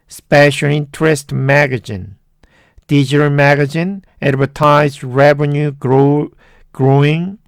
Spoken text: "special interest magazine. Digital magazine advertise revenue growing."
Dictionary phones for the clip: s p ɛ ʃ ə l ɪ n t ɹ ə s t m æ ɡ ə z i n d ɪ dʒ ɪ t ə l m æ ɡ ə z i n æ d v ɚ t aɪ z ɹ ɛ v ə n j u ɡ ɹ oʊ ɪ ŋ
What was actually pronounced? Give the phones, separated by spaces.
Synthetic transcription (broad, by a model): s p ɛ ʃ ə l ɪ n t ɹ ə s t m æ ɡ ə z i n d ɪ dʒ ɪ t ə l m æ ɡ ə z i n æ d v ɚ t aɪ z ɹ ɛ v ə n j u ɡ ɹ oʊ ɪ ŋ